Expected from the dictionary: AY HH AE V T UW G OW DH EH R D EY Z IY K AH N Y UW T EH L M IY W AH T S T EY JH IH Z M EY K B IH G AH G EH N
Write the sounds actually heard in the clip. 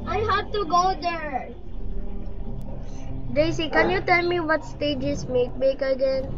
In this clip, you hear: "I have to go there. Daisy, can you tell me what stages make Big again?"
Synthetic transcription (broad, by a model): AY HH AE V T UW G OW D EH R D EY S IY K AH N Y UW T EH L M IY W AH T S T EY JH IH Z M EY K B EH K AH G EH N